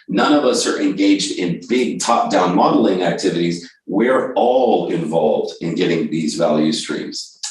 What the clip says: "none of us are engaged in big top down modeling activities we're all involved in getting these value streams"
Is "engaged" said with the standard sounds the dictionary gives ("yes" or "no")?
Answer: yes